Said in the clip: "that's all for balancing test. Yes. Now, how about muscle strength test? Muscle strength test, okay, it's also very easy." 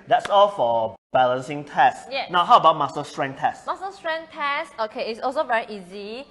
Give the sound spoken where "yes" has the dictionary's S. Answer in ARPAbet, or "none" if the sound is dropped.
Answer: none